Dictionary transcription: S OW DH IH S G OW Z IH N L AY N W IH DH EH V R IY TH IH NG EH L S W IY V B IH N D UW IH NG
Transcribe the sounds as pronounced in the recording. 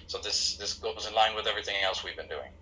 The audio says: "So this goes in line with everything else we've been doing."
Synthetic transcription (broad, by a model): S OW DH IH S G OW Z IH N L AY N W IH DH EH V R IY TH IH NG EH L S W IY V B IH N D UW IH NG